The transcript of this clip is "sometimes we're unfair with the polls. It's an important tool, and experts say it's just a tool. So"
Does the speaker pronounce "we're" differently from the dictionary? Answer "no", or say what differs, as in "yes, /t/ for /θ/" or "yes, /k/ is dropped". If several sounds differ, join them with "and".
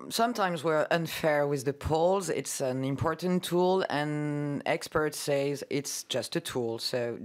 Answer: no